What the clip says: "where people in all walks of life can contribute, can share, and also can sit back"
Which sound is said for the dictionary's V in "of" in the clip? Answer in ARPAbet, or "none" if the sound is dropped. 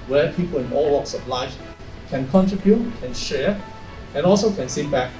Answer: B